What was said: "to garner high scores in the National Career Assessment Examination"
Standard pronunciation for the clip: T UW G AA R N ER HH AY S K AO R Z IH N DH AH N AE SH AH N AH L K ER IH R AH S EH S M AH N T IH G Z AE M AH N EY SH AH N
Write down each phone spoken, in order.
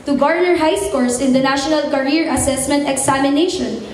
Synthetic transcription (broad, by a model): T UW G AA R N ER HH AY S K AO R S IH N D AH N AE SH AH N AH L K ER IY R AH S EH S M AH N T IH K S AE M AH N EY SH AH N